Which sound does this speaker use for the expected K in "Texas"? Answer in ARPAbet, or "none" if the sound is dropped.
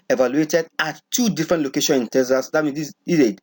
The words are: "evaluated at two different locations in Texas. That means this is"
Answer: none